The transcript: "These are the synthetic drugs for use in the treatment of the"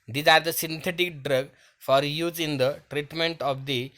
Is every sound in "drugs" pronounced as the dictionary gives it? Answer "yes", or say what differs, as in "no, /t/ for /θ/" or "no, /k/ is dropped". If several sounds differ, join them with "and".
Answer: no, /z/ is dropped